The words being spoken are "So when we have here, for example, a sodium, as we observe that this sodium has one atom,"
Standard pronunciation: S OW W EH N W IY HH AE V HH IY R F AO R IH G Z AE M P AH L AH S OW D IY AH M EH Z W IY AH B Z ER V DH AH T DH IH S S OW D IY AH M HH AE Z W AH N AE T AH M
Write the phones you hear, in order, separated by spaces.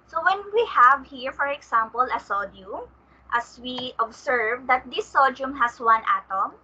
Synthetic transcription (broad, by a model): S OW W EH N W IY HH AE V HH IY R F AO R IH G S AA M P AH L AH S OW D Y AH M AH S W IY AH B S ER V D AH T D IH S S OW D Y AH M HH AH S W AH N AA T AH M